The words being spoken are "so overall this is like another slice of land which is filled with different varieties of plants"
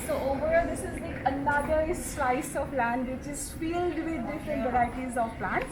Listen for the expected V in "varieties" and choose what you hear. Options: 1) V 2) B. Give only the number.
2